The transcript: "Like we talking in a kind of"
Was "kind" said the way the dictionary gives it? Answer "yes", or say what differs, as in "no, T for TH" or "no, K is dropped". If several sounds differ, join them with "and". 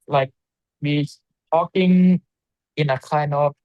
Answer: no, D is dropped